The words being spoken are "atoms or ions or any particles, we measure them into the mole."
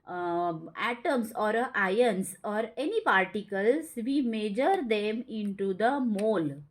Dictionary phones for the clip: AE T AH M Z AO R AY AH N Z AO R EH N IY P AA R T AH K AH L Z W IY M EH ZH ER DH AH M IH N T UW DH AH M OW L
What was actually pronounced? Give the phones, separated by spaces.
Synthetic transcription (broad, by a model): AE T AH M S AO R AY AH N S AO R EH N IY P AA R T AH K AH L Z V IY M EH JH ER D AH M IH N T UW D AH M OW L